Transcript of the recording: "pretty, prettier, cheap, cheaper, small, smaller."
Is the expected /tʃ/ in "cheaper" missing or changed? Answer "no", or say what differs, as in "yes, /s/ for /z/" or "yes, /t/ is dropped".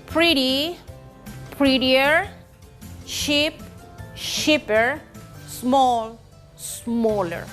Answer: yes, /ʃ/ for /tʃ/